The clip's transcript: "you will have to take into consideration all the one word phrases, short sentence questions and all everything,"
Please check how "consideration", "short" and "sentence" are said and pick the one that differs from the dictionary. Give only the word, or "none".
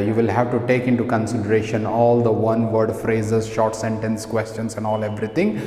none